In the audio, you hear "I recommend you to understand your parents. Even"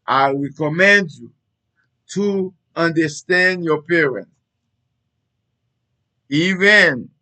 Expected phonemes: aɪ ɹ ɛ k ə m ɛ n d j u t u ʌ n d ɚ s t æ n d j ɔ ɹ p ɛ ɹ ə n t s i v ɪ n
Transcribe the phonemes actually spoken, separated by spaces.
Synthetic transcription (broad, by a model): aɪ ɹ ɛ k ə m ɛ n d j u t u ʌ n d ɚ s t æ n d j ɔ p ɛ ɹ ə n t i v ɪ n